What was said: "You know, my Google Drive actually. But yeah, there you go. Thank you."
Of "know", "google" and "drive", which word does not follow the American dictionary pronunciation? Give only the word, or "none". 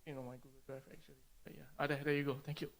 drive